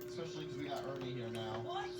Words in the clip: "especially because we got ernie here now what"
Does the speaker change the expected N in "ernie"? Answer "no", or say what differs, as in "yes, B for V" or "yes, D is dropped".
yes, L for N